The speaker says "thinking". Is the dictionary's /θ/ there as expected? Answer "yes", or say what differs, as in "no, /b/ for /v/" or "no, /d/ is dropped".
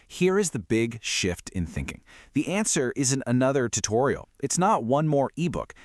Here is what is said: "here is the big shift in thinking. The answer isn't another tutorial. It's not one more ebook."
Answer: yes